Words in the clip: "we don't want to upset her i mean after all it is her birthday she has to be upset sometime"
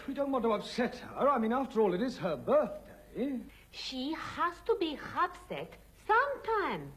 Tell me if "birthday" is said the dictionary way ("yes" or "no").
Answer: yes